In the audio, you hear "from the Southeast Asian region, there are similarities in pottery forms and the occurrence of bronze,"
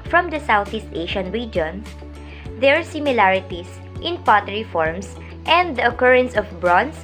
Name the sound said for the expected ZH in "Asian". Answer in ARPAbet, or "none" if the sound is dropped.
SH